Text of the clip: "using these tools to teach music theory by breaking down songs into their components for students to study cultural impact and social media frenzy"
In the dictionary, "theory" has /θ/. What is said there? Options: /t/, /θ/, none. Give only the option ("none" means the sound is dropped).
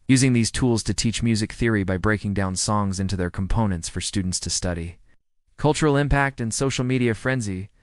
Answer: /θ/